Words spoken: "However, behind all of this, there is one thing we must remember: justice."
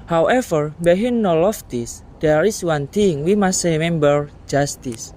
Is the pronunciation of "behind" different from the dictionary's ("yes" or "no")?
yes